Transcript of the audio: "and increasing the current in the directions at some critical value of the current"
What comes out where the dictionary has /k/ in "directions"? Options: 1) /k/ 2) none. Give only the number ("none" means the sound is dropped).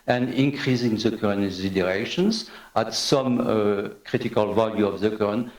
2